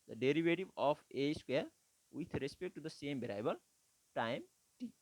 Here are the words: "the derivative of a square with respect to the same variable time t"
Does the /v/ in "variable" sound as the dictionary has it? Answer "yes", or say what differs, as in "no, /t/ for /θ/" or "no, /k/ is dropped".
no, /b/ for /v/